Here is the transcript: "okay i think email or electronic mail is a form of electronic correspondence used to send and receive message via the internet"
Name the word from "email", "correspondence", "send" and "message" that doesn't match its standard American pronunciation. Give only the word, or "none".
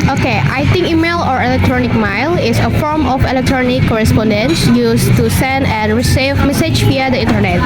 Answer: none